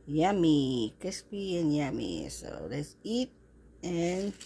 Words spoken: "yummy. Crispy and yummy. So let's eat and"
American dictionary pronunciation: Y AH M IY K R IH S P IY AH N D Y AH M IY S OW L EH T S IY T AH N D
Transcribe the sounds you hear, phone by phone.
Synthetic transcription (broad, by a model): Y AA M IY K IH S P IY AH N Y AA M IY S OW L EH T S IY T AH N